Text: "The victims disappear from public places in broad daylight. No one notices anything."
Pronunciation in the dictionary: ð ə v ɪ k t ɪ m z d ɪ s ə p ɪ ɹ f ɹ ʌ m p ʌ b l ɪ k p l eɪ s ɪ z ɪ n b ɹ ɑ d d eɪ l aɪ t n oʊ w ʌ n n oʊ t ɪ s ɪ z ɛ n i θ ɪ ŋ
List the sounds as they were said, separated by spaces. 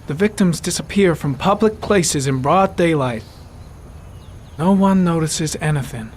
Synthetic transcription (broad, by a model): ð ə v ɪ k t ɪ m z d ɪ s ə p ɪ ɹ f ɹ ʌ m p ʌ b l ɪ k p l eɪ s ɪ z ɪ n b ɹ ɑ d d eɪ l aɪ t n oʊ w ʌ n n oʊ t ɪ s ɪ z ɛ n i θ ɪ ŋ